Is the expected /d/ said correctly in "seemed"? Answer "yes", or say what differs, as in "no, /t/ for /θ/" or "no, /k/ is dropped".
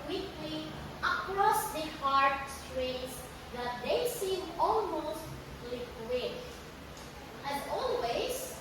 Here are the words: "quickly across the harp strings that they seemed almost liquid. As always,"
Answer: no, /d/ is dropped